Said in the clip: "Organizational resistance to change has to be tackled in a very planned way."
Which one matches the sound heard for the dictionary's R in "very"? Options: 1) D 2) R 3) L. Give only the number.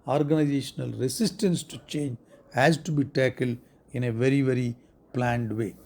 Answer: 2